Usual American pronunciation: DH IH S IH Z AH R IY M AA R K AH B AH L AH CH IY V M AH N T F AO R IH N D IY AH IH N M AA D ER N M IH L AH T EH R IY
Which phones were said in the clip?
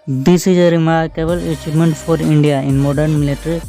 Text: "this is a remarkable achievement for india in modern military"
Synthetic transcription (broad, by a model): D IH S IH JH AH R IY M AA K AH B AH L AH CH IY P M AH N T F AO R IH N D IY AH IH N M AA D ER N M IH L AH T R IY